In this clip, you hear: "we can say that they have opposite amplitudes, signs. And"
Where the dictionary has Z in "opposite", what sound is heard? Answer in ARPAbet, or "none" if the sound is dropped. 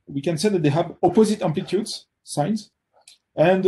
Z